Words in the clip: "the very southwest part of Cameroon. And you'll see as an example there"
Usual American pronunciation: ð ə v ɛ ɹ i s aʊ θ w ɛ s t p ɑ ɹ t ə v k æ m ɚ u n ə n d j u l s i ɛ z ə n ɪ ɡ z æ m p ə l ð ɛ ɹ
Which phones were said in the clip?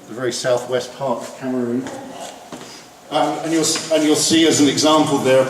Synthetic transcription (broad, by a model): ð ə v ɛ ɹ i s aʊ θ w ɛ s p ɑ ɹ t ə v k æ m ɚ u n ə n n j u l s i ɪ z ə n ɪ ɡ z æ m p ə l ð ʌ ɹ